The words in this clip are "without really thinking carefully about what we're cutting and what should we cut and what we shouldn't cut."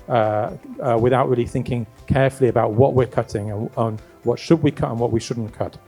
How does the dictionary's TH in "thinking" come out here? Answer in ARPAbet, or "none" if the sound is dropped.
TH